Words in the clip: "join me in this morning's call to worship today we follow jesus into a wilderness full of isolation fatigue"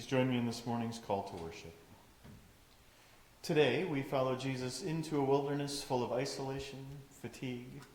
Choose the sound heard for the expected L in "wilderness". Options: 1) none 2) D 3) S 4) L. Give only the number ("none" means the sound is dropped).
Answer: 4